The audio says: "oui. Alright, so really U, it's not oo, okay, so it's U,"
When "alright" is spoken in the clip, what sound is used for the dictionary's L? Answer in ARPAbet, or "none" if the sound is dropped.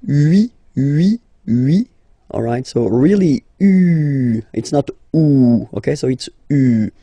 L